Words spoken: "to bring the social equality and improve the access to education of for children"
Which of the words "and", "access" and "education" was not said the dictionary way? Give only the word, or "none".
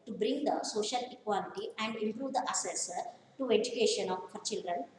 access